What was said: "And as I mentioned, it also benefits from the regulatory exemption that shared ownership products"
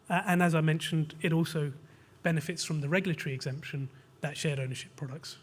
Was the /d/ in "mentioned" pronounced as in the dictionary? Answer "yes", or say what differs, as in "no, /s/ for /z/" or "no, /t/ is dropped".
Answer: yes